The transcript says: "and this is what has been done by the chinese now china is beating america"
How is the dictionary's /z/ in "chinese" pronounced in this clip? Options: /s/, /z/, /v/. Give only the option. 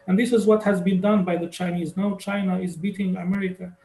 /z/